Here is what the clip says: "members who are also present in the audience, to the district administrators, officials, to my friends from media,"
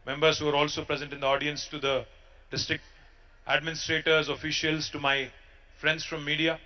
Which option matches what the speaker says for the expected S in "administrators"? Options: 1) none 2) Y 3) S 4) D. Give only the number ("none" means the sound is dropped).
3